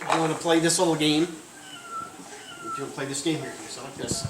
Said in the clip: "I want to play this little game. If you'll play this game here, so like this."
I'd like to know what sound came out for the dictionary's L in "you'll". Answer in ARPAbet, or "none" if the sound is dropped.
N